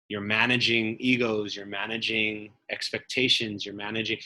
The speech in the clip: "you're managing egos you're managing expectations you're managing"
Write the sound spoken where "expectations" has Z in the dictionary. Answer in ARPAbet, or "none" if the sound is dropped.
Z